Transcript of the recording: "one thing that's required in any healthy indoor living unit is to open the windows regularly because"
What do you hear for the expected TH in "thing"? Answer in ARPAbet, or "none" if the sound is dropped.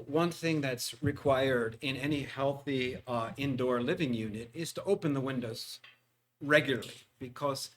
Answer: TH